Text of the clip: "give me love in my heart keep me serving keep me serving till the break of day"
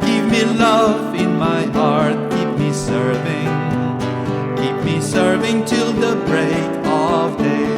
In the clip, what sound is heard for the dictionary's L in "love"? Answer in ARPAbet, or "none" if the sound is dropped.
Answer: L